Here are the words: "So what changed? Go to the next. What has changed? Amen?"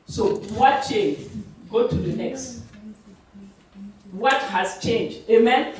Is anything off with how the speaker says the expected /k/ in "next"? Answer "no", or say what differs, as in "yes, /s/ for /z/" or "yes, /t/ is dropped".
no